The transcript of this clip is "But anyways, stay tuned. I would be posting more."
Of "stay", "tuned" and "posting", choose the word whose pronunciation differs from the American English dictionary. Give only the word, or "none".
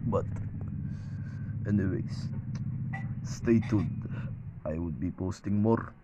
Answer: tuned